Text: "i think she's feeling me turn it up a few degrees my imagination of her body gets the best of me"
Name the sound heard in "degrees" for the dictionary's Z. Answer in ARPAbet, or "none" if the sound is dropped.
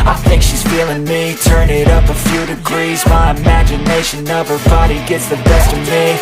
Z